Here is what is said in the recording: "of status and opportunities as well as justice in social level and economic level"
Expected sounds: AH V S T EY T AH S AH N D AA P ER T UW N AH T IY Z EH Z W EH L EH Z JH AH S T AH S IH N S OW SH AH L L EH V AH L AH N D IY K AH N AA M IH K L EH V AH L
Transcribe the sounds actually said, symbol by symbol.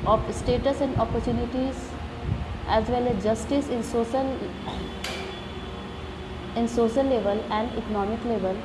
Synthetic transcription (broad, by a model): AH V S T EY T AH S AH N D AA P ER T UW N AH T IY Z EH Z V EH L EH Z JH AH S T AH S IH N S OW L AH N L EH V AH L AH N D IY K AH N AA M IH K L EH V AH L